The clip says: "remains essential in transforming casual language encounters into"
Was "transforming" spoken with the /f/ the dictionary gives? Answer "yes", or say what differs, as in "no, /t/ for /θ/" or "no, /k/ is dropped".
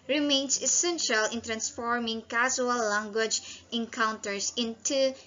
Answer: yes